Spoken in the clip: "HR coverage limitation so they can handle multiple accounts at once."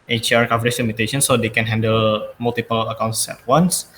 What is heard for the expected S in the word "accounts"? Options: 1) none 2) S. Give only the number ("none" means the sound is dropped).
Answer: 2